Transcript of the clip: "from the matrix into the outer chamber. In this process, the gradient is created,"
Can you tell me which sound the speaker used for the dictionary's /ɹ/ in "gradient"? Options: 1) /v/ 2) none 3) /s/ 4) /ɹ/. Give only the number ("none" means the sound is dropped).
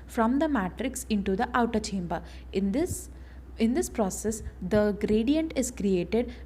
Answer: 4